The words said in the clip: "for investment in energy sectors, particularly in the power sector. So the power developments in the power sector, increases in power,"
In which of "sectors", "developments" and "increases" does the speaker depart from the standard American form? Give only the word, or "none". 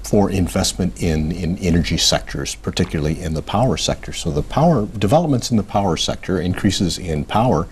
none